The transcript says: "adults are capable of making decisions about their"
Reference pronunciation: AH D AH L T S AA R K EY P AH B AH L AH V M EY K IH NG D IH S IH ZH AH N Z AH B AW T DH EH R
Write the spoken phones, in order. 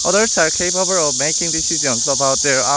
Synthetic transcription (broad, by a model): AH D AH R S AA R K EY B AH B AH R AH V M EY K IH NG D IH S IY Z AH N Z AH B AW T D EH R